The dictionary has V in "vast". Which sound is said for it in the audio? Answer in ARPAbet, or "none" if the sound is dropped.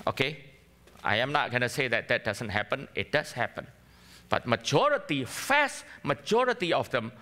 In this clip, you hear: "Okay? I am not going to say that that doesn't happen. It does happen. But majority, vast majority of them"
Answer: F